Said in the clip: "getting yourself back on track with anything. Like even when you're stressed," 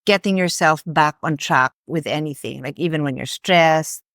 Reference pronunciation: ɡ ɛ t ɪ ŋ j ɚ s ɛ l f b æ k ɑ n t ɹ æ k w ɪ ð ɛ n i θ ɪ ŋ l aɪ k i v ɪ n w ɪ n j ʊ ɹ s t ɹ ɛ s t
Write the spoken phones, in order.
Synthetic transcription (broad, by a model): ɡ ɛ t ɪ ŋ j ɚ s ɛ l f b æ k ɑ n t ɹ æ k w ɪ ð ɛ n i θ ɪ ŋ l aɪ k i v ɪ n w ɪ n j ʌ ɹ s t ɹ ɛ s